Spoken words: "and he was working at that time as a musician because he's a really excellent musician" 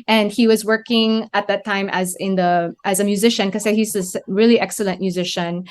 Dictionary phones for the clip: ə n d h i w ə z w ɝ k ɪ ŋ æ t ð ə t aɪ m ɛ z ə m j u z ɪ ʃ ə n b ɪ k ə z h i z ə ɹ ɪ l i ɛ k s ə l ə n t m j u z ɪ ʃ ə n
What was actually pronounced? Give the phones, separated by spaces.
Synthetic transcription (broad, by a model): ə n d h i w ə z w ɝ k ɪ ŋ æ t ð ə t aɪ m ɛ z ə m j u z ɪ ʃ ə n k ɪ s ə h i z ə ɹ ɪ l i ɛ k s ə l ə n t m j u z ɪ ʃ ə n